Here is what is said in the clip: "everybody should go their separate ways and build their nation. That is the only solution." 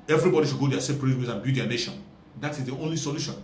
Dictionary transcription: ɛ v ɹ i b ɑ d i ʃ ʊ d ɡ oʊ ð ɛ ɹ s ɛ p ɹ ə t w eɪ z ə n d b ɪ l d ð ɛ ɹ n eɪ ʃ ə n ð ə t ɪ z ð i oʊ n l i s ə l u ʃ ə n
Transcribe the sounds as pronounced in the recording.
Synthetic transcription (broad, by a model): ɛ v ɹ i b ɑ d i ʃ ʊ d ɡ oʊ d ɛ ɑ s ɛ p ɹ ə t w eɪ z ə n b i d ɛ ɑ n eɪ ʃ ə n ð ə t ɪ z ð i oʊ n l i s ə l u ʃ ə n